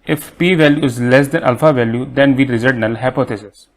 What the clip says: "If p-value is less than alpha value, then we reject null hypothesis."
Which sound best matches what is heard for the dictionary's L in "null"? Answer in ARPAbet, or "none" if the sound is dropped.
L